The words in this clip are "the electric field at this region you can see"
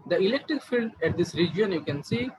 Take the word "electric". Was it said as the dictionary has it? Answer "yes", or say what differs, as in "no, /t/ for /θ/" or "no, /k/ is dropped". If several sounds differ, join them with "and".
yes